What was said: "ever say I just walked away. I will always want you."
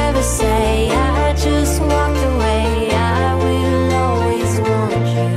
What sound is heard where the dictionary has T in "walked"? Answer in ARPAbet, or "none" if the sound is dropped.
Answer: none